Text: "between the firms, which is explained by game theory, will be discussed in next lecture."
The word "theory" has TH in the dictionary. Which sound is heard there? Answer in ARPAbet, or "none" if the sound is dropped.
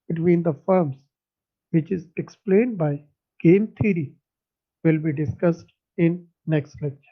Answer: T